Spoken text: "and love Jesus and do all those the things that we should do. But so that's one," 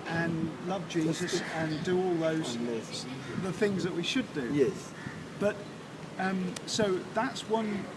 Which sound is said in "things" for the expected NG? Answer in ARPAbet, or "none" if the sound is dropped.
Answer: NG